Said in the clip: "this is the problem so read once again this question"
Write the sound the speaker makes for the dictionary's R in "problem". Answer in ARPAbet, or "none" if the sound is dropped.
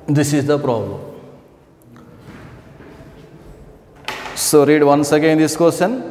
R